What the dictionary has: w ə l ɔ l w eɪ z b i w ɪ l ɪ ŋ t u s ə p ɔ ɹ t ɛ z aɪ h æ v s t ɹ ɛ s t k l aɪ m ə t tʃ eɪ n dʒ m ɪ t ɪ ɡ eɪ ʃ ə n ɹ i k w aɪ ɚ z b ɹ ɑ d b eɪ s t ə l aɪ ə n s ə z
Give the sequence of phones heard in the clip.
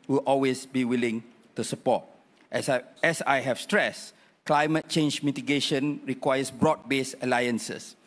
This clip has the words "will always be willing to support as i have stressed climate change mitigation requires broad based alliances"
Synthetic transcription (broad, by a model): w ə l ɔ l w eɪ s b i w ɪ l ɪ ŋ t u s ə p ɔ t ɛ s aɪ h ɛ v s t ɹ ɛ s k l aɪ m ə t tʃ eɪ n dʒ m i t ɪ ɡ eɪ ʃ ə n ɹ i k w aɪ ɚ s b ɹ ɑ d b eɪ s ə l aɪ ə n s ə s